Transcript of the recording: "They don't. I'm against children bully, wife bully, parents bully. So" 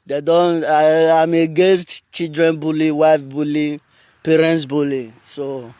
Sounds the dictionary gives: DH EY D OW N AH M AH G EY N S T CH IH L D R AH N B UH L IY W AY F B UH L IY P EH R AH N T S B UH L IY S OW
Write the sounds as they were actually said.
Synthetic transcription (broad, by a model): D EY D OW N AH M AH G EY S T CH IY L D R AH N B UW L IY W AY F B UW L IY P EH R AH N T S B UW L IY S OW